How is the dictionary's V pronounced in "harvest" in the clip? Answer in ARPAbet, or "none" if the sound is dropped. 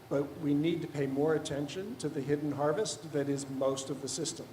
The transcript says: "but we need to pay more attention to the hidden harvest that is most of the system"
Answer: V